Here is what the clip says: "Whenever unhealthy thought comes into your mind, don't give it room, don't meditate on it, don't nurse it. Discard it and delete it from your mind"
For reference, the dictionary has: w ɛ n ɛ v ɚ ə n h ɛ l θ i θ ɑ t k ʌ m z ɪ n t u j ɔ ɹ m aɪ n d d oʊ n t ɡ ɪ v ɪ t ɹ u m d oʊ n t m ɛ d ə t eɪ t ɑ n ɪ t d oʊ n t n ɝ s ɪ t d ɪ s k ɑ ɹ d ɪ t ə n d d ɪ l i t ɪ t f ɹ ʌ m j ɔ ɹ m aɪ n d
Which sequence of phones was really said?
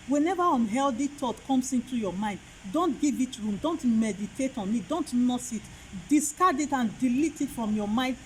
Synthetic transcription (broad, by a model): w ɛ n ɛ v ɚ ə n h ɛ l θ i t ɑ t k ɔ m s ɪ n t u j ɔ m aɪ n d d oʊ n t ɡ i v ɪ t ɹ u m d oʊ n t m ɛ d ə t eɪ t ɑ n ɪ t d oʊ n t n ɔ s ɪ t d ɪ s k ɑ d ɪ t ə n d d ɪ l i t ɪ t f ɹ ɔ m j ɔ m aɪ n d